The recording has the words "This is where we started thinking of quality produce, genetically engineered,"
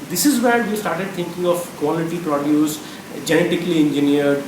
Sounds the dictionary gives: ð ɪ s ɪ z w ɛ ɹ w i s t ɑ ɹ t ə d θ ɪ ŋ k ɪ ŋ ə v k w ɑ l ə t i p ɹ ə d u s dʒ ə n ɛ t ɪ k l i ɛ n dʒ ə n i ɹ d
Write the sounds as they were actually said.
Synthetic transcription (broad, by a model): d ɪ s ɪ z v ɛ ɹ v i s t ɑ ɹ t ə d t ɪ ŋ k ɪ ŋ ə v k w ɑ l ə t i p ɹ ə d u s dʒ ə n ɛ t ɪ k l i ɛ n dʒ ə n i ɹ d